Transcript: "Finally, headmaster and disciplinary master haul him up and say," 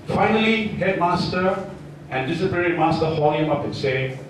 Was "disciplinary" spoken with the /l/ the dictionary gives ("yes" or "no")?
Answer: no